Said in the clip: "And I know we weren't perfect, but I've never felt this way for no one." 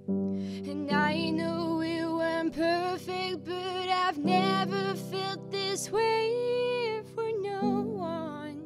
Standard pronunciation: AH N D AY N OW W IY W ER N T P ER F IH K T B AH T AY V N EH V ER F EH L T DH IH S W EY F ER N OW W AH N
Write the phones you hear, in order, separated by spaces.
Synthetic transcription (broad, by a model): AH N AY N OW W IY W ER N P ER F IH K T B AH T AY V N EH V ER F EH L T DH IH S W EY F ER N OW W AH N